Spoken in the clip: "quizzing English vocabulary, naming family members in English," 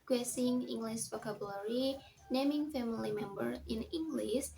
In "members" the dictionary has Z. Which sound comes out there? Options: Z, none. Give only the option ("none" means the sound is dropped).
none